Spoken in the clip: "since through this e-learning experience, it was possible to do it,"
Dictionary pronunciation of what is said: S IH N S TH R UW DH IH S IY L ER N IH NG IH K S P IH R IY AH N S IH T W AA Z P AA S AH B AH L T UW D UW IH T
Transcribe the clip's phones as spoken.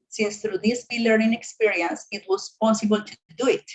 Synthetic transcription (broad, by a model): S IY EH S T R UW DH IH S IY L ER IH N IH K S P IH R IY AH N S IH T W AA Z P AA S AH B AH L T UW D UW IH T